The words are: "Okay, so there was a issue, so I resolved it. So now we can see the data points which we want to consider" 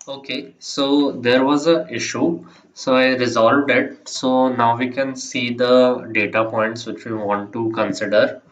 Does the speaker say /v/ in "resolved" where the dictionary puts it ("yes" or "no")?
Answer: yes